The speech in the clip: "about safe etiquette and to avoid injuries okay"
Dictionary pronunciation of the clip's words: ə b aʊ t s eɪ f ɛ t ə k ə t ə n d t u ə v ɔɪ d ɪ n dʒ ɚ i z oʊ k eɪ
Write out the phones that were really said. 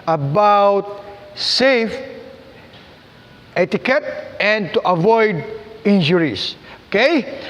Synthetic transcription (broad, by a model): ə b aʊ t s eɪ f ɛ t ə k ə t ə n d t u ə v ɔɪ d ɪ n dʒ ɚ i s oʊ k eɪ